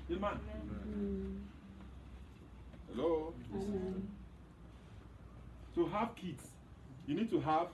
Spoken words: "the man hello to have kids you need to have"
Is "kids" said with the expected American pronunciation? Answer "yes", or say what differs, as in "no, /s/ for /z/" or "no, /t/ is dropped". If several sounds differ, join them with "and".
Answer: no, /s/ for /z/